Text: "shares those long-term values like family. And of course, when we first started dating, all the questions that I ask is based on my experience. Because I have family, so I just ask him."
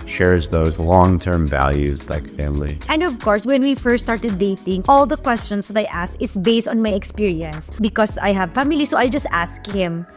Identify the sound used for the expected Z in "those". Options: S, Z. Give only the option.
Z